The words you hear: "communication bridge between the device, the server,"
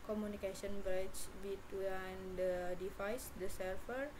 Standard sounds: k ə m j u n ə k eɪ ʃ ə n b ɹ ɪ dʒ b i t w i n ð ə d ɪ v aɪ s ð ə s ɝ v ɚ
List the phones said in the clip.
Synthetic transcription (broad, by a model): k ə m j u n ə k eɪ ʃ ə n b ɹ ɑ tʃ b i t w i n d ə d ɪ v aɪ s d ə s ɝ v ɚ